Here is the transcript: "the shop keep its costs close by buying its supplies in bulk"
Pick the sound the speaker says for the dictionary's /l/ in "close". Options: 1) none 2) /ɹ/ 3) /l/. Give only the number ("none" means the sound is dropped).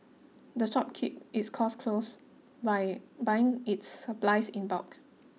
3